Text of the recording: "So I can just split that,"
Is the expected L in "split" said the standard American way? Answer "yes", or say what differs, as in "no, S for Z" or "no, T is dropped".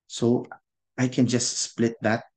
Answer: yes